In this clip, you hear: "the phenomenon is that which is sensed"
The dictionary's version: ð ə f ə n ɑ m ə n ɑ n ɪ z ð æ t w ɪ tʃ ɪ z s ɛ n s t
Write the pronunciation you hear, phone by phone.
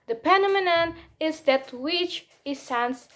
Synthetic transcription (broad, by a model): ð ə p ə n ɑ m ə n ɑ n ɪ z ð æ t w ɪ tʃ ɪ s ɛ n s